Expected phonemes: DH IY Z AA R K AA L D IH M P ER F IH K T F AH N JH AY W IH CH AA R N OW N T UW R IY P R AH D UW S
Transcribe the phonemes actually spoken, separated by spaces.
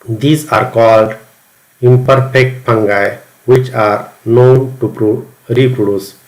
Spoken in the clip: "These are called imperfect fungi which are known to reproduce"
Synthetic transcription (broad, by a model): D IY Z AA R K AA L D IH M P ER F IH K T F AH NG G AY W IH CH AA R N OW N T UW R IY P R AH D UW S